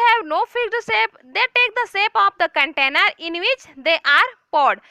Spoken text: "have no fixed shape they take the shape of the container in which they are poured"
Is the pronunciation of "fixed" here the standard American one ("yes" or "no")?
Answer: no